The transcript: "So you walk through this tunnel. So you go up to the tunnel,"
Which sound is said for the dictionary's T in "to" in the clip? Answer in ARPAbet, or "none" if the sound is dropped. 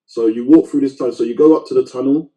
T